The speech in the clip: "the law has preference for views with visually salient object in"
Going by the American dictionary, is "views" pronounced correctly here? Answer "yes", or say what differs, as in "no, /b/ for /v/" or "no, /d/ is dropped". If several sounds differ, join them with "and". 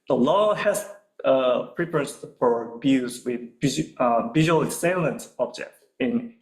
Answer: no, /b/ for /v/